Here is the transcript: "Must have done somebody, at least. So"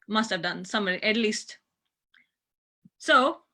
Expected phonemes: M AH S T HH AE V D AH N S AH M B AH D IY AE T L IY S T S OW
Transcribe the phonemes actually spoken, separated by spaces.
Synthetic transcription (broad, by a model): M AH S T HH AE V D AH N S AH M AH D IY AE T L IY S T S OW